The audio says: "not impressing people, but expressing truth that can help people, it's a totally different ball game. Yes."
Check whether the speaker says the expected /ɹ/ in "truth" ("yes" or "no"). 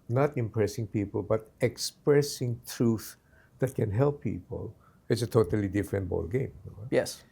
yes